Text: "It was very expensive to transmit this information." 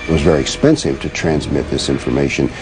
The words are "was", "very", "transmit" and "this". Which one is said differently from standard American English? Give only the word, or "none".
none